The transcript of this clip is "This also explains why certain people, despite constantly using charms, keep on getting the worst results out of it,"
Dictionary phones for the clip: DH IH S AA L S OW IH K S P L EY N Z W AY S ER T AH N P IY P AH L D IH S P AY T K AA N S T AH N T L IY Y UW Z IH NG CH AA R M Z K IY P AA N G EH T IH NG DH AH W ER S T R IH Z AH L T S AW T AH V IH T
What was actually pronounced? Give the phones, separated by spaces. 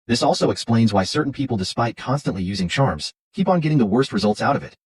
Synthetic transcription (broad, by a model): DH IH S AA L S OW IH K S P L EY N Z W AY S ER T N P IY P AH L D IH S P AY T K AA N S T AH N T L IY Y UW Z IH NG CH AA R M Z K IY P N G EH T IH NG DH AH W ER S T R IH Z AH L T S AW T AH V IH T